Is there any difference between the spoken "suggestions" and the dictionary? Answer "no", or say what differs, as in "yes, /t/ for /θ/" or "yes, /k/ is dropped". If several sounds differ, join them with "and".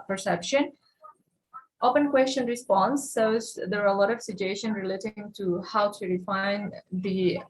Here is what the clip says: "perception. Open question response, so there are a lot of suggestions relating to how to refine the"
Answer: yes, /z/ is dropped